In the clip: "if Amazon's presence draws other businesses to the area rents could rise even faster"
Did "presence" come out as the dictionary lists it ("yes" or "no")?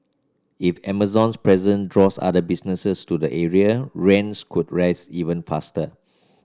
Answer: no